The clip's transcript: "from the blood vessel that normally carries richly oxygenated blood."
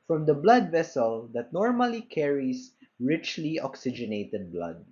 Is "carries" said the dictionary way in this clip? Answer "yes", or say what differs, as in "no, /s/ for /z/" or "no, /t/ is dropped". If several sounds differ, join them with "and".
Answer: no, /s/ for /z/